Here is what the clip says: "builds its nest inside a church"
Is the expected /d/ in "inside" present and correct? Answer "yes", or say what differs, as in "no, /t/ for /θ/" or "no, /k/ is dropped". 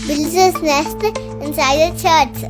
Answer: no, /d/ is dropped